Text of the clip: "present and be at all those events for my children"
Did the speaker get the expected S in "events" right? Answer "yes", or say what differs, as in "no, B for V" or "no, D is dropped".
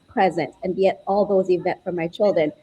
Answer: no, S is dropped